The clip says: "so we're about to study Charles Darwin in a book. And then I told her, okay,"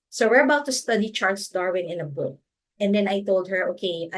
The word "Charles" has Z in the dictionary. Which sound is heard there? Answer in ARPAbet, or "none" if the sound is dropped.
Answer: S